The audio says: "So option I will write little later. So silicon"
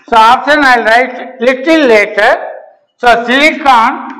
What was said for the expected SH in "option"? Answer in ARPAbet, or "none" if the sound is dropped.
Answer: S